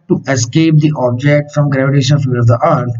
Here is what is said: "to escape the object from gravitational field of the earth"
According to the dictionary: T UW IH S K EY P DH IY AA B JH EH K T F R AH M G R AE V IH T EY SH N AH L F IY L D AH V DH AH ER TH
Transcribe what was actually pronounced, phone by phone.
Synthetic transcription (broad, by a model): T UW IH S K EY P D IY AA B JH EH K T F R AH M G R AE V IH T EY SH AH N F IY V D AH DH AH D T